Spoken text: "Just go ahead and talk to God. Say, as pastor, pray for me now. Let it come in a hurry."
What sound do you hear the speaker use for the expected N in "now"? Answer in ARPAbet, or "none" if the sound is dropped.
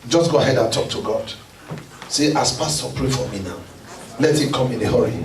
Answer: N